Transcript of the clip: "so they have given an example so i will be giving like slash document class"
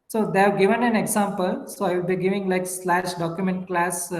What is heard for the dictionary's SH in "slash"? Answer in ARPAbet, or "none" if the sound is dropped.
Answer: SH